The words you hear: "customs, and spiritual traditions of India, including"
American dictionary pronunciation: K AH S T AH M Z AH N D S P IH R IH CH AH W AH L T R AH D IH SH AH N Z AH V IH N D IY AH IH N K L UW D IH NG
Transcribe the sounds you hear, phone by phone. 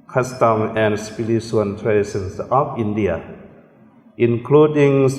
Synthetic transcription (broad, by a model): K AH S T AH M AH N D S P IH L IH S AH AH N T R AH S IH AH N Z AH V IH N D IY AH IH N K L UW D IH NG